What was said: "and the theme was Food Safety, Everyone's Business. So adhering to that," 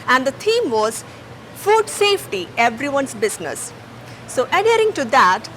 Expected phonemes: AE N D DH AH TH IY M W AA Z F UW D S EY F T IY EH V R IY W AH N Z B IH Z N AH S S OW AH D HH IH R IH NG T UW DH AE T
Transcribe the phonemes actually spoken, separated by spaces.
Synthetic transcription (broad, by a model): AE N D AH T IY M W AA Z F UW D S EY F T IY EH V R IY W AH N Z B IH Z N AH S S OW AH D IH R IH NG T UW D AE T